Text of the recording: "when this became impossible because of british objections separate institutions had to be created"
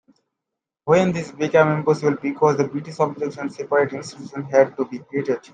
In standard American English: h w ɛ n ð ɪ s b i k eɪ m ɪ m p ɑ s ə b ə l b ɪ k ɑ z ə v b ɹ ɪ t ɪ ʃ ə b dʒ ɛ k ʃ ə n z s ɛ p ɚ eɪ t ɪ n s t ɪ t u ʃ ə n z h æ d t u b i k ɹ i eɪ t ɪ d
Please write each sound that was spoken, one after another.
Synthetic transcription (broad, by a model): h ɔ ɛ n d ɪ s b i k eɪ m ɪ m p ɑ s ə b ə l b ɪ k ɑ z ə b ɹ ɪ t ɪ s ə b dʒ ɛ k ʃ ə n s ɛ p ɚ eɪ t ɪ n s t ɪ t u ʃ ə n h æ d t u b i k ɹ i eɪ t ɪ d